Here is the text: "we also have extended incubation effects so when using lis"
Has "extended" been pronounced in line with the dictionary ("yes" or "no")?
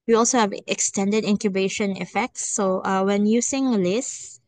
yes